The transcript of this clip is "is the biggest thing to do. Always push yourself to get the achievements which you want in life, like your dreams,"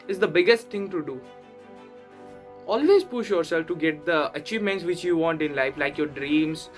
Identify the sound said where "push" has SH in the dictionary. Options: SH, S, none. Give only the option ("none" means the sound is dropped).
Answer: SH